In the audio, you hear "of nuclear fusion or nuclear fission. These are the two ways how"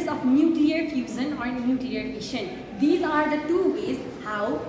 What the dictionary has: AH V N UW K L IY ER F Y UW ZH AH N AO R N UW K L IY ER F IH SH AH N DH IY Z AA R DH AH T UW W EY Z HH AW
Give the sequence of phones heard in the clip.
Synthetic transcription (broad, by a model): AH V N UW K L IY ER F Y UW Z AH N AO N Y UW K L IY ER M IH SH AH N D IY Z AA R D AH T UW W EY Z HH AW